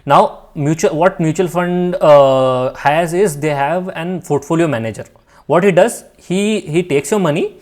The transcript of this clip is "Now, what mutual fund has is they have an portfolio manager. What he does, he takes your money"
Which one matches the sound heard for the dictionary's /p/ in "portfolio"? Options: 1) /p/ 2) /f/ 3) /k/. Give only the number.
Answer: 2